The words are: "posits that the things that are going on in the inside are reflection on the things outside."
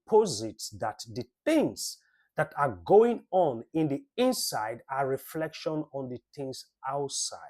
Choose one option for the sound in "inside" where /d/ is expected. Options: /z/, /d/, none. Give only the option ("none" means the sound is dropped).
/d/